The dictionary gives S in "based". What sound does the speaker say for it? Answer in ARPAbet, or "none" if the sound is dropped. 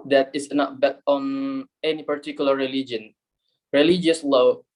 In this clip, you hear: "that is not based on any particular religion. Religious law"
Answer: none